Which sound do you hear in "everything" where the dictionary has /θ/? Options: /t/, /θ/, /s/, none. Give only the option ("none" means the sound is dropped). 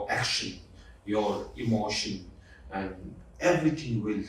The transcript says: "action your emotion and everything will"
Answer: /t/